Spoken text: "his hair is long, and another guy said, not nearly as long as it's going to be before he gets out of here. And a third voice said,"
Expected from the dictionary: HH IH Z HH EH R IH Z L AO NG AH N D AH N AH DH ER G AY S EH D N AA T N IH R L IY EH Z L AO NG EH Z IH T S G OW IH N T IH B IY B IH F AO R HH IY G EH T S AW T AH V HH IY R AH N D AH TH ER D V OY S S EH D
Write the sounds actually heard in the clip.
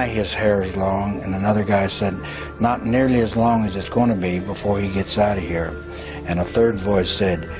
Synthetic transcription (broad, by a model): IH IH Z HH EH R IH Z L AO NG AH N AH N AH DH ER G AY S EH D N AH T N IH R L IY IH Z L AO NG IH Z IH T S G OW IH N T IH B IY B IH F AO R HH IY G EH T S AW T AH HH IY R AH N AH TH ER D V OY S S EH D